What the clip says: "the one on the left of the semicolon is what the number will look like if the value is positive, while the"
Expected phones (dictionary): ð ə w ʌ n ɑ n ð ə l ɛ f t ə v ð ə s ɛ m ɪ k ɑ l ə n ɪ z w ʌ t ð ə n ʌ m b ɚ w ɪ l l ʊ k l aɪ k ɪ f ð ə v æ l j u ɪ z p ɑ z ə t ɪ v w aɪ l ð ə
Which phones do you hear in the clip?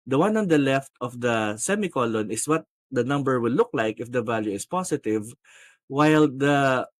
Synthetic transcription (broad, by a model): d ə w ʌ n ɑ n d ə l ɛ f t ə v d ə s ɛ m ɪ k ɑ l ə n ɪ s w ʌ t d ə n ʌ m b ɚ w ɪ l l ʊ k l aɪ k ɪ f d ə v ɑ l j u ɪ s p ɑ s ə t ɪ v w aɪ l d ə